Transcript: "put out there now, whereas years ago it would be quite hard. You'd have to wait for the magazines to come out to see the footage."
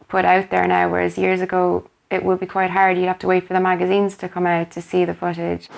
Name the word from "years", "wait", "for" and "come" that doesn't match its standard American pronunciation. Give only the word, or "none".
none